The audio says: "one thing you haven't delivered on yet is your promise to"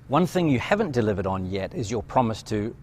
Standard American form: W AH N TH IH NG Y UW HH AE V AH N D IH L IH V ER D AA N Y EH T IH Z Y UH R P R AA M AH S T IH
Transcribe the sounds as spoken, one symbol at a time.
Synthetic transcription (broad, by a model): W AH N TH IH NG Y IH HH AE V AH N D IH L IH V ER D N Y EH T IH Z Y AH R P R AA M AH S T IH